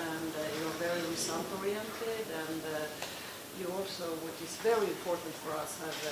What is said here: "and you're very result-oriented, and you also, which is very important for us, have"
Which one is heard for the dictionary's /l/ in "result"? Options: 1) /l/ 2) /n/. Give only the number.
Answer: 2